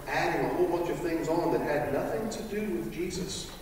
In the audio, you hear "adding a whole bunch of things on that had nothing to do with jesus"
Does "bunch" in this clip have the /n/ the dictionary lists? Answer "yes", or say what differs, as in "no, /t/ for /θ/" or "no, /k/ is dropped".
no, /n/ is dropped